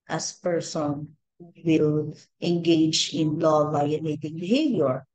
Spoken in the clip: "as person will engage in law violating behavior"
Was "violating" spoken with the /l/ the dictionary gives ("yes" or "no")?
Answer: no